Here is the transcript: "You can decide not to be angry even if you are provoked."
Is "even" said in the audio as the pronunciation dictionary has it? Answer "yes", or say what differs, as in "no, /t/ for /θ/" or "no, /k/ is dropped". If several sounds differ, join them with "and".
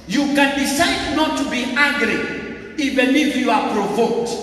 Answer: no, /b/ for /v/ and /l/ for /n/